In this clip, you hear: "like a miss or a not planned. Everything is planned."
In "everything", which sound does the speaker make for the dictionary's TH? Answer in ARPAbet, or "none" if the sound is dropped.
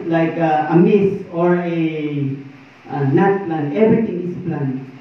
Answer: T